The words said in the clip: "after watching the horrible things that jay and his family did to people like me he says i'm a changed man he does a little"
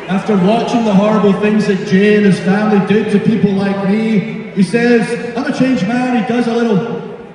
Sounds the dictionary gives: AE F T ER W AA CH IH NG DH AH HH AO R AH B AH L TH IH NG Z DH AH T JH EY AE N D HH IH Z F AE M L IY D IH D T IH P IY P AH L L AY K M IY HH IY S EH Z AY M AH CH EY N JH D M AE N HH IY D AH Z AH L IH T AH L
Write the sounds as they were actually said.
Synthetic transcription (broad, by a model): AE F T ER W AA CH IH NG DH AH HH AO R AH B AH TH IH NG Z DH AH T JH EY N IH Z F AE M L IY D IH D T IH P IY P L L AY K M IY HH IY S EH Z AY M AH CH EY N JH M AE N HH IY D AH Z AH L IH T L